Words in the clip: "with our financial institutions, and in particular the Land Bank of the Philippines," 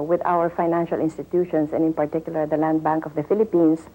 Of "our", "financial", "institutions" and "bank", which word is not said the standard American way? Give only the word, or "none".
institutions